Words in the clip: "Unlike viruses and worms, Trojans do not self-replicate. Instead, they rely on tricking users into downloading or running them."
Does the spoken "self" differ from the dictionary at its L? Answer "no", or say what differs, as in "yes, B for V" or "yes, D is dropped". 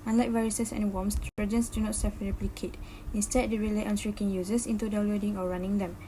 yes, L is dropped